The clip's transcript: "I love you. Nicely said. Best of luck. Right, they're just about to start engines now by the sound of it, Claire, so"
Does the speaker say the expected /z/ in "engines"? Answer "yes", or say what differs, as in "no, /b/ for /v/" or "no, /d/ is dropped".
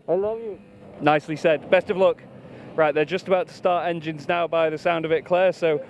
yes